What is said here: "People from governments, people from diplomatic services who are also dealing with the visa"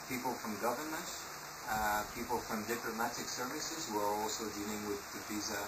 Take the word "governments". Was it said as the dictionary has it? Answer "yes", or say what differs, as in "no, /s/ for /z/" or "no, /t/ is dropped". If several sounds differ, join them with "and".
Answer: no, /s/ is dropped